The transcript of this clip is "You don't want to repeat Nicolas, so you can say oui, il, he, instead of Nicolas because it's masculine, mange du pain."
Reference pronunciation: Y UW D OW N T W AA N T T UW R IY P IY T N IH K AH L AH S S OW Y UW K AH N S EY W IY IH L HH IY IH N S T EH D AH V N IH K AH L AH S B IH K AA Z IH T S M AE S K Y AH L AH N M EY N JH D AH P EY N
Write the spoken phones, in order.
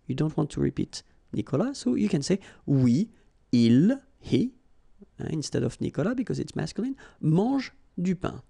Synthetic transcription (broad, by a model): Y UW D OW N T W AA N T T UW R IY P IY T N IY K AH L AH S S OW Y UW K AH N S EY W IY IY L HH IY IH N S T EH D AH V N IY K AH L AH B IH K AA Z IH T S M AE S K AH L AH N M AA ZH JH D AH P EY